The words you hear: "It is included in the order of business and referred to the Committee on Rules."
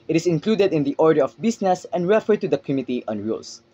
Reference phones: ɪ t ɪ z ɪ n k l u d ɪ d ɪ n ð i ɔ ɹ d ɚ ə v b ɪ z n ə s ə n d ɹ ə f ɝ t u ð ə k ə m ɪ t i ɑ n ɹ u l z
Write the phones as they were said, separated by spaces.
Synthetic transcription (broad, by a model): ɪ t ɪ s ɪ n k l u d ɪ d ɪ n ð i ɔ ɹ d ɚ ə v b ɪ s n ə s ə n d ɹ ə f ɝ t u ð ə k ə m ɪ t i ɑ n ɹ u l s